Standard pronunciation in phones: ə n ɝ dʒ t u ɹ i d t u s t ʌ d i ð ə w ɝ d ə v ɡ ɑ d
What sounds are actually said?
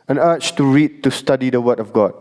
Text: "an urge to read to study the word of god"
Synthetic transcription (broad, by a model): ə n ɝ tʃ t u ɹ i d t u s t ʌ d i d ə w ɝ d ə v ɡ ɑ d